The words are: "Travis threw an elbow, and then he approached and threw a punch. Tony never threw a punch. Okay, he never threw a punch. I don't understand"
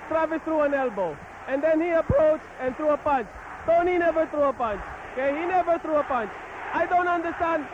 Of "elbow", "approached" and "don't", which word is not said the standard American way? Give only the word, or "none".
none